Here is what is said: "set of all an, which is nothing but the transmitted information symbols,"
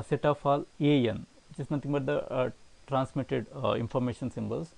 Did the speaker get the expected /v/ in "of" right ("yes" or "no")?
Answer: no